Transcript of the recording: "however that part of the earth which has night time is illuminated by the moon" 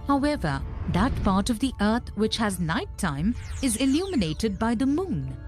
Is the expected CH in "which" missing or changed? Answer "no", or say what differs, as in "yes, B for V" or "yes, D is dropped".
no